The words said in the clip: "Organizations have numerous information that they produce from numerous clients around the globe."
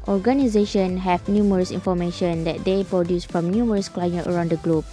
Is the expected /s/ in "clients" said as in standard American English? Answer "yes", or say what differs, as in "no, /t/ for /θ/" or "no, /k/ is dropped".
no, /s/ is dropped